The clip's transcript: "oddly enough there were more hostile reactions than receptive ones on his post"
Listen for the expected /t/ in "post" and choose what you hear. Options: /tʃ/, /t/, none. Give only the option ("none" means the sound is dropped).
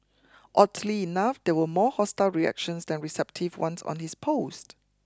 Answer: /t/